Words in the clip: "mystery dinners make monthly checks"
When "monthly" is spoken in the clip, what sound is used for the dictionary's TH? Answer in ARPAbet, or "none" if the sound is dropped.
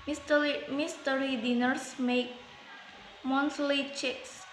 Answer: S